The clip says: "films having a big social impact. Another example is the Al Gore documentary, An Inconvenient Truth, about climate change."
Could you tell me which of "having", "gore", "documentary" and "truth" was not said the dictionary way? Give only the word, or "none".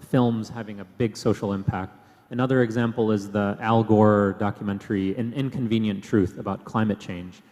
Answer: none